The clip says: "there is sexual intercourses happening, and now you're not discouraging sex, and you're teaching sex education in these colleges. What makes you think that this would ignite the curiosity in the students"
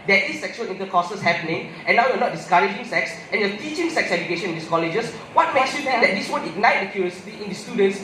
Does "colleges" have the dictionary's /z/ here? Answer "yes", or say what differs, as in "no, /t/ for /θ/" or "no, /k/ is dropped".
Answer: no, /s/ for /z/